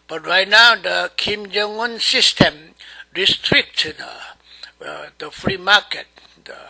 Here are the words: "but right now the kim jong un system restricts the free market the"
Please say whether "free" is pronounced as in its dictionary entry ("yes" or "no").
yes